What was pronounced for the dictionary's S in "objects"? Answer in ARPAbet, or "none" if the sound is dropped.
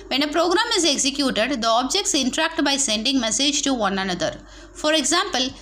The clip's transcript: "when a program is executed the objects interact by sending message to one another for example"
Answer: S